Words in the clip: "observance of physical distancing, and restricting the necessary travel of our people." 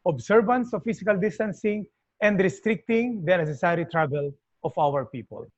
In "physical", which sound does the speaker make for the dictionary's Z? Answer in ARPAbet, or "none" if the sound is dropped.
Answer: S